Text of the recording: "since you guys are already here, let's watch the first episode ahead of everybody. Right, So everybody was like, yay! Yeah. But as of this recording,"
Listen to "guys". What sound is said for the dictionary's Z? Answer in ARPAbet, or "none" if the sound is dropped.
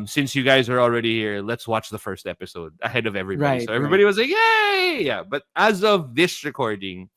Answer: Z